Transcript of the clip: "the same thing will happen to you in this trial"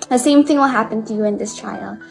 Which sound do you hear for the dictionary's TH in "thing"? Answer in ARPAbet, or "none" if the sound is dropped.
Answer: TH